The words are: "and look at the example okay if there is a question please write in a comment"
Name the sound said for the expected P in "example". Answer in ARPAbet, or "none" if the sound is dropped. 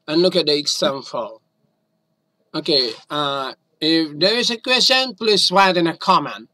F